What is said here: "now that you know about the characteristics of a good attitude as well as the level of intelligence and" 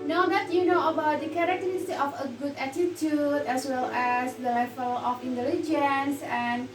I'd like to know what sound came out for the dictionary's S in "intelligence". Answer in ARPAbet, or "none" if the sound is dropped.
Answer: S